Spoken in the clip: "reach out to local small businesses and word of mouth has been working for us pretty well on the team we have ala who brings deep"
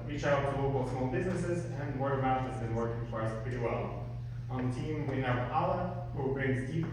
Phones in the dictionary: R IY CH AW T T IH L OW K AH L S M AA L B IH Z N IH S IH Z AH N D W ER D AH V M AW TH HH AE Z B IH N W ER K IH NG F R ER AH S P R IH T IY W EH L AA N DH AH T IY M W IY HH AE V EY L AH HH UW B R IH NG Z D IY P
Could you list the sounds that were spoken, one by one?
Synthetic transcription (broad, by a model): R IY CH AW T T IH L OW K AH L S M AA L B IH Z N IH S IH Z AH N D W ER AH M AW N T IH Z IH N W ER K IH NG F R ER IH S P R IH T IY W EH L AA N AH T IY M W IY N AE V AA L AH HH UW B R IH NG Z D IY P